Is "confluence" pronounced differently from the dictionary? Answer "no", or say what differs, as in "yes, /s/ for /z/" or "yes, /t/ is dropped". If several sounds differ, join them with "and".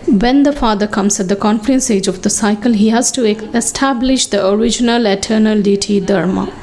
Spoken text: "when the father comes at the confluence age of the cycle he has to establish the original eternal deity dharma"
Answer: yes, /l/ is dropped